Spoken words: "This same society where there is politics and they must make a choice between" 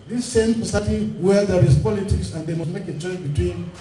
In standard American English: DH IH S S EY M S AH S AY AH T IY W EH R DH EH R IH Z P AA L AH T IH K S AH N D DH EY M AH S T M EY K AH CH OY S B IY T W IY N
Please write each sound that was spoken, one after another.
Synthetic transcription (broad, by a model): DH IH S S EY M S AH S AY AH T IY W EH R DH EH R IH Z P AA L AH T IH K S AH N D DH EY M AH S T M EY K AH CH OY B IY T W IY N